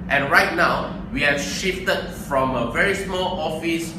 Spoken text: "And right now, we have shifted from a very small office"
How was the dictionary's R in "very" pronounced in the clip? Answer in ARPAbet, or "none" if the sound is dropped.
R